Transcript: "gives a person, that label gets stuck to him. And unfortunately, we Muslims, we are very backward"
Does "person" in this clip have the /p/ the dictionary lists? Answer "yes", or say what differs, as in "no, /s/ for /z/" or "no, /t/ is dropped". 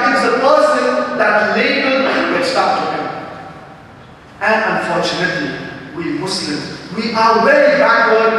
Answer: yes